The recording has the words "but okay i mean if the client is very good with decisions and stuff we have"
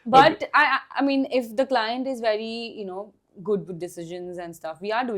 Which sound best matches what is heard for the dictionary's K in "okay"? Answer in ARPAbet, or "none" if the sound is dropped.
none